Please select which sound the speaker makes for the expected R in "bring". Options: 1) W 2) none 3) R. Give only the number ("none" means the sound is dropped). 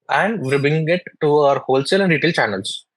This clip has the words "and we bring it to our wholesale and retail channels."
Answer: 2